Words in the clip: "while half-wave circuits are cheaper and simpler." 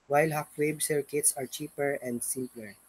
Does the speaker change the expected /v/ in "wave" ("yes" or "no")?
yes